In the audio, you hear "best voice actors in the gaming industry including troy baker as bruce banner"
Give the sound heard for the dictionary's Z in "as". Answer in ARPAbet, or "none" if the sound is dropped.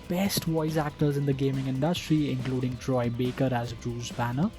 Z